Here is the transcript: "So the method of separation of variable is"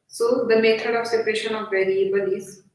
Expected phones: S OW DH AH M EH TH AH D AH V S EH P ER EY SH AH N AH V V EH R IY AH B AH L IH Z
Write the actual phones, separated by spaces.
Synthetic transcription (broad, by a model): S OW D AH M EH T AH D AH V S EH P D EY SH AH N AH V V EH R IY AH B AH L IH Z